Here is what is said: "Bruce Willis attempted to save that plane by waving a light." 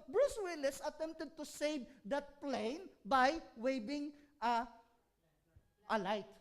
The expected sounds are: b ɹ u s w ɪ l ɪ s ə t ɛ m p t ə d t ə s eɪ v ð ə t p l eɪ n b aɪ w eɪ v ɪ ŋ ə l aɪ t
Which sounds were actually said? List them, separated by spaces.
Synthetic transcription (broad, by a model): b ɹ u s w ɪ l ɪ s ə t ɛ m p t ə d t ə s eɪ v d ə t p l eɪ n b aɪ w eɪ b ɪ ŋ ə l aɪ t